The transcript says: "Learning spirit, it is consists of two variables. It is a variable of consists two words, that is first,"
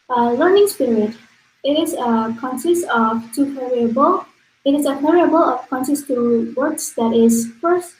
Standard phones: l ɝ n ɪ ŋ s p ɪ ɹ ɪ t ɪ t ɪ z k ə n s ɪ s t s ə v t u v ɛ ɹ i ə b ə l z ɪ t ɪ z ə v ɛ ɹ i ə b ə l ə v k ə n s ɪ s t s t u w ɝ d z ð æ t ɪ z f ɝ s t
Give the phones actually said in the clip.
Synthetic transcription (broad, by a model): l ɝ n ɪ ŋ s p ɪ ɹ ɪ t ɪ t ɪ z k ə n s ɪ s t ə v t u p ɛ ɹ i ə b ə l ɪ t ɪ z ə p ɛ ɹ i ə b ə l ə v k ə n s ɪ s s t u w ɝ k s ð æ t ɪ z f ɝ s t